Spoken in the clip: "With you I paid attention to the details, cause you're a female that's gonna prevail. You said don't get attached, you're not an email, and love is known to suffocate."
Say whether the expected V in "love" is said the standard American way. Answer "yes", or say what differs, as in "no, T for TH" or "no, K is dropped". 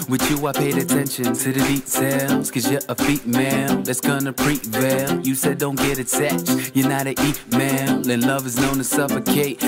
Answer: yes